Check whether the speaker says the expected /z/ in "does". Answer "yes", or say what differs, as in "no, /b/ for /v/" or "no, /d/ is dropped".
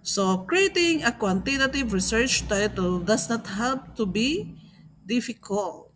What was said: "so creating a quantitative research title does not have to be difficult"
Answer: no, /s/ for /z/